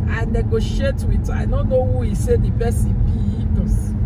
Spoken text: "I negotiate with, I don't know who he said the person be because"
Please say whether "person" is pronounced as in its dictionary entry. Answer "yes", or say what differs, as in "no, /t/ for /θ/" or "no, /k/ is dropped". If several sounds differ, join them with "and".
no, /b/ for /p/